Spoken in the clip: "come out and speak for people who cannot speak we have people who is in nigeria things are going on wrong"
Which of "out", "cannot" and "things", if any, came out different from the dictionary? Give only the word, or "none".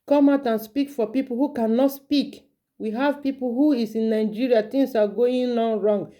things